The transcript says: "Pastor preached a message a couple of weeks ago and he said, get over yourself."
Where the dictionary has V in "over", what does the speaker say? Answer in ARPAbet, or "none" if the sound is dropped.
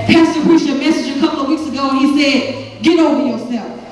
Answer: none